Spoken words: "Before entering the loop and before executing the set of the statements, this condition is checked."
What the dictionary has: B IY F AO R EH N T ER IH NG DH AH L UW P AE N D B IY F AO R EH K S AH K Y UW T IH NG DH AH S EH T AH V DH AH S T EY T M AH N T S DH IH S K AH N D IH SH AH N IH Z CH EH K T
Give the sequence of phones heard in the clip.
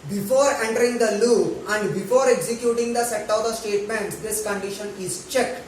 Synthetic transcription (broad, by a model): B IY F AO R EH N T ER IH NG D AH L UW AE N D B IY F AO R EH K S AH K Y UW T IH NG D AH S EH T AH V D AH S T EY T M AH N T S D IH S K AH N D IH SH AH N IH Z CH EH K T